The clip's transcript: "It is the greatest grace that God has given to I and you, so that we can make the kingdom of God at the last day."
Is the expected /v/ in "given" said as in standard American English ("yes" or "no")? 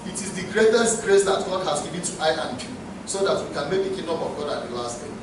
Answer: no